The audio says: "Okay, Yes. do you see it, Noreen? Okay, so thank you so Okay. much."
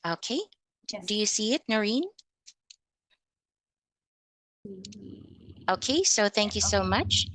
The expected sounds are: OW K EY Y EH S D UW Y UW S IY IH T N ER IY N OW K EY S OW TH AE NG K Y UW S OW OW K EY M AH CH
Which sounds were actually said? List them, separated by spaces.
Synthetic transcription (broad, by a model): OW K EY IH D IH Y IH S IY IH T N ER IY N OW K EY S OW TH AE NG K Y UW S OW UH M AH CH